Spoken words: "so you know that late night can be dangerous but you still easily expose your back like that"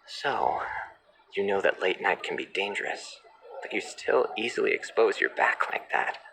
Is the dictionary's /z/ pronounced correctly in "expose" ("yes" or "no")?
yes